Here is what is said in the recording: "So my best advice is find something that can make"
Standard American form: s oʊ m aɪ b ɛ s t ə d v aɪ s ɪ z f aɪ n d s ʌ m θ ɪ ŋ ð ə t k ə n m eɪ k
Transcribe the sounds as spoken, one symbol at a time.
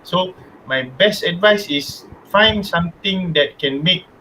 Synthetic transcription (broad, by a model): s oʊ m aɪ b ɛ s t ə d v aɪ s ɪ s f aɪ n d s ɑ m t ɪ ŋ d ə t k ə n m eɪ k